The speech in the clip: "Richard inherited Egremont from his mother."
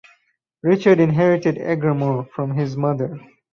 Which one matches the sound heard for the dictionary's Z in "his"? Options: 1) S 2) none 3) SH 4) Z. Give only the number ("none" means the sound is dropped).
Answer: 4